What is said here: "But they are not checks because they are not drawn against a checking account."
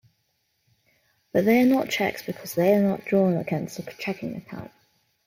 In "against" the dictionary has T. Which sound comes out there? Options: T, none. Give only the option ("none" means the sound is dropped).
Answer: none